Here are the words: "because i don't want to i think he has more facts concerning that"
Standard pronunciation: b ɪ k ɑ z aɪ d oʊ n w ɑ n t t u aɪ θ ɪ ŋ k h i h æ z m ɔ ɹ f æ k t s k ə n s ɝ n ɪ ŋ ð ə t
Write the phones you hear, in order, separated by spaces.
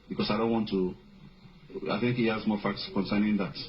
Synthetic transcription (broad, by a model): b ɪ k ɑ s aɪ d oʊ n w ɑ n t t u aɪ θ ɪ ŋ k h i h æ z m ɔ ɹ f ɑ k t s k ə n s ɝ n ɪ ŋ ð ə t